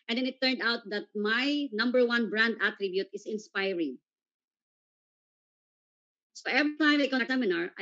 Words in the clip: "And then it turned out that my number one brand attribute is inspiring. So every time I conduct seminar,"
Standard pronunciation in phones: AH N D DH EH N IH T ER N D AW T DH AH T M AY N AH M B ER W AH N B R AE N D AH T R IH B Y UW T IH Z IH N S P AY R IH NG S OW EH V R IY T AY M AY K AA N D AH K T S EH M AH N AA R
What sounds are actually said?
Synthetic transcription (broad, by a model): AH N D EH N IH T ER N D AW T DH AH T M AY N AH M B ER W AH N B R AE N D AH T R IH B Y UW T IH S IH N S P AY R IH NG S OW EH V R IY T AY M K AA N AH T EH M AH N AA R